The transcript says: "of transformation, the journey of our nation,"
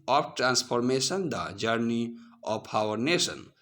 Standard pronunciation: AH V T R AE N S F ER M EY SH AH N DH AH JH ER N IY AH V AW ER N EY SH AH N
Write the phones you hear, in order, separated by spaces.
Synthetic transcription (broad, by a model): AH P T R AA N S P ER M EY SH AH N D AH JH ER N IY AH P AW ER N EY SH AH N